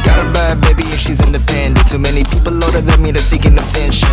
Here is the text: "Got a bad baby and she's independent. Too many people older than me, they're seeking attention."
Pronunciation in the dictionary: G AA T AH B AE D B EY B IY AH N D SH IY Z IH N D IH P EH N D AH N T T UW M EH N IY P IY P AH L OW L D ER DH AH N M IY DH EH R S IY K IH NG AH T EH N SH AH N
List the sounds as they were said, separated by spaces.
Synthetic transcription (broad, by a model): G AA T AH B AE B EY B IY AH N SH IY Z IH N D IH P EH N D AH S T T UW M EH N IY P IY P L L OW D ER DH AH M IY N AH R S IY K IH NG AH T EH N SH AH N